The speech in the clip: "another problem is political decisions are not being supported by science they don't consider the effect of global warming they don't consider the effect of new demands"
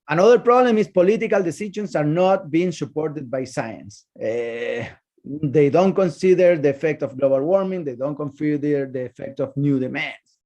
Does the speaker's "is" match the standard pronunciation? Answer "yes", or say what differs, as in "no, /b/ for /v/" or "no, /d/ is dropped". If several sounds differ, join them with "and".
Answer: no, /s/ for /z/